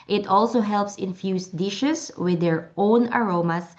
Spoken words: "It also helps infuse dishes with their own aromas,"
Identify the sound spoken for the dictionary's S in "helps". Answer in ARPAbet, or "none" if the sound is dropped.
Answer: S